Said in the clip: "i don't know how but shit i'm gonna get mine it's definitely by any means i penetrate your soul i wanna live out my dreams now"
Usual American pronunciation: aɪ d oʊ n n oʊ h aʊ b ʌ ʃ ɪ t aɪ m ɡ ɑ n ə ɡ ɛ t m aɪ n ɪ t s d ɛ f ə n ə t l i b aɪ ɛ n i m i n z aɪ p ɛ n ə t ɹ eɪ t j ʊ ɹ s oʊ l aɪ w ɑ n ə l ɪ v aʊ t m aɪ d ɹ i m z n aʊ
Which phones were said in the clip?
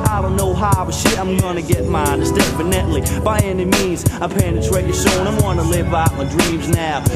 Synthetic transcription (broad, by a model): aɪ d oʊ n n oʊ h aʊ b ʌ ʃ ɪ t aɪ m ɡ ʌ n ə ɡ ɛ t m aɪ n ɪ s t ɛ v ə n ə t l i b aɪ ɛ n i m i n z aɪ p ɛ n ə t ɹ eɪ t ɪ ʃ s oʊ n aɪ w ɑ n ə l ɪ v aʊ t m aɪ d ɹ i m z n aʊ